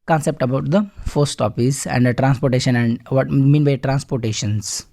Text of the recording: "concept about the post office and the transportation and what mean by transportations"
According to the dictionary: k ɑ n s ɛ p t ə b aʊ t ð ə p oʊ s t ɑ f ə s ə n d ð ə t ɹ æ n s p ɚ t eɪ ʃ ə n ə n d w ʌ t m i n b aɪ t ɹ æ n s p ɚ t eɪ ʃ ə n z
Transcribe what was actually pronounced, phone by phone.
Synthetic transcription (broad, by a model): k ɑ n s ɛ p t ə b aʊ t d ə f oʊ s t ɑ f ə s ə n d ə t ɹ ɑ n s p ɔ t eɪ ʃ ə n ə n d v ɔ t m i n b aɪ t ɹ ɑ n s p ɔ t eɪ ʃ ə n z